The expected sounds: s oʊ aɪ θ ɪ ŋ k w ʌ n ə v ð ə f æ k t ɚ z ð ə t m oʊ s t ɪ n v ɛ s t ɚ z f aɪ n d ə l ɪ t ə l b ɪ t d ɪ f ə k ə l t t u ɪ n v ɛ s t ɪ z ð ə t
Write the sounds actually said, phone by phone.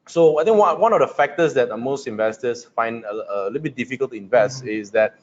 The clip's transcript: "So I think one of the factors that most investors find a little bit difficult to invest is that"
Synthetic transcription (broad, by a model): s oʊ aɪ t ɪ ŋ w w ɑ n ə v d ə f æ k t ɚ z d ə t m oʊ s t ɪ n v ɛ s t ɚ s f aɪ n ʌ ə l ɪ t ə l b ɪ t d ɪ f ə k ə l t t u ɪ n v ɛ s t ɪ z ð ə t